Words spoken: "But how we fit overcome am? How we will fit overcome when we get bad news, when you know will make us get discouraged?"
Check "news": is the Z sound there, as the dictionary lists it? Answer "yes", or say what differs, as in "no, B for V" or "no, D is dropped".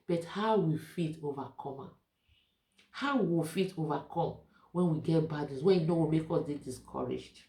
no, S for Z